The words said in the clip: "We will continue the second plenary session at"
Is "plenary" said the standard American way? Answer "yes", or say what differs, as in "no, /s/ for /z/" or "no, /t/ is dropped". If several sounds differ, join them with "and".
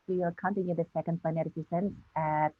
no, /l/ is dropped